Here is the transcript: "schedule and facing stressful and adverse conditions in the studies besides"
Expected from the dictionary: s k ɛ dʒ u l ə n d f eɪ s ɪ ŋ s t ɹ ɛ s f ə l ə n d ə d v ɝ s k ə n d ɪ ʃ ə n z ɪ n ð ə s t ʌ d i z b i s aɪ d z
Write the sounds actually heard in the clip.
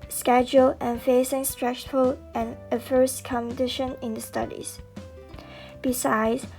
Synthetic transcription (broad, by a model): s k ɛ dʒ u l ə n f eɪ s ɪ ŋ s t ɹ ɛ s f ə l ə n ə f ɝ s k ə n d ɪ ʃ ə n ɪ n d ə s t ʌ d i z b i s aɪ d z